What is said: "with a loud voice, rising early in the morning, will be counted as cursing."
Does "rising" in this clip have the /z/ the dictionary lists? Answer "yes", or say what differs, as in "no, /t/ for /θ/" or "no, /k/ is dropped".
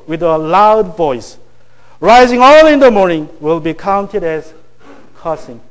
yes